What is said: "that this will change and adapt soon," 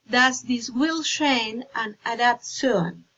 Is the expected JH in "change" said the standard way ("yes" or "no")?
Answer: no